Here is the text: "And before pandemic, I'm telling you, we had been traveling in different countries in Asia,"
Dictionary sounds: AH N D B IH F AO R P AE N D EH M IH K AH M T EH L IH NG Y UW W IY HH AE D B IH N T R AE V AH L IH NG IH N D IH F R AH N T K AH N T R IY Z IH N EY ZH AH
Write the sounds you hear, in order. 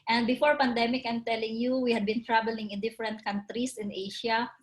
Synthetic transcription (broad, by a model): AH N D B IH F AO R P AE N D EH M IH K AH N T EH L IH NG Y UW W IY HH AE D B IH N T R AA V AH L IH NG IH N D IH F R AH N T K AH N T R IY S IH N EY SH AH